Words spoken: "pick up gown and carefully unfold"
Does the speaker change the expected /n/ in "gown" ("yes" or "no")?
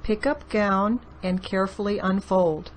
no